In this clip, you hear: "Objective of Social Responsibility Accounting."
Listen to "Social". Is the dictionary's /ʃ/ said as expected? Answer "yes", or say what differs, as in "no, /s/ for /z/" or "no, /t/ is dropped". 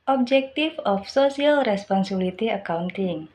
no, /s/ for /ʃ/